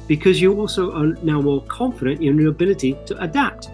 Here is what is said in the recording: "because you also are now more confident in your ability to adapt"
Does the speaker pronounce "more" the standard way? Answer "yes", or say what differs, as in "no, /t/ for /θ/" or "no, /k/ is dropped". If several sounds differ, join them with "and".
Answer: no, /l/ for /ɹ/